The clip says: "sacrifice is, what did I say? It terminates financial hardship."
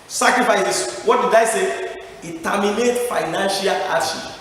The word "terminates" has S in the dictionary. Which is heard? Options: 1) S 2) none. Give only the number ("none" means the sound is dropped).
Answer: 2